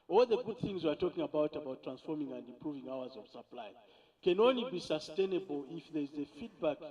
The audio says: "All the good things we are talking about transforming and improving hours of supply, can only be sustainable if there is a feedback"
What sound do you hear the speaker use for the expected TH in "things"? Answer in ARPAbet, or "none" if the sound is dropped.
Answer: TH